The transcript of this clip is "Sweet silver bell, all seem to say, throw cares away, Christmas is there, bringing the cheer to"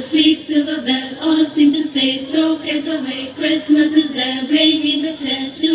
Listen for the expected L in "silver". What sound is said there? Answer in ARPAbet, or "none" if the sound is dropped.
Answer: none